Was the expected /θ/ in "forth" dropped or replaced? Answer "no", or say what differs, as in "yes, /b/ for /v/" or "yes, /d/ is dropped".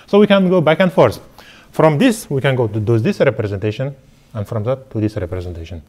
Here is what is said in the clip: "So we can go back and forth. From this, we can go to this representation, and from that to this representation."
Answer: yes, /s/ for /θ/